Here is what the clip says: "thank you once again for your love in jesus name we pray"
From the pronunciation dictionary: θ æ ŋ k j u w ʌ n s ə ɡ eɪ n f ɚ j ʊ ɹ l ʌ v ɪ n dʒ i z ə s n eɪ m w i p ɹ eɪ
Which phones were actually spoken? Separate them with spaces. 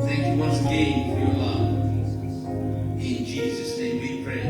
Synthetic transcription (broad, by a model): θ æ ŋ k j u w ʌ s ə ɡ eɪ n f ɚ j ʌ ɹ l ʌ v ɪ n dʒ i z ə s n eɪ m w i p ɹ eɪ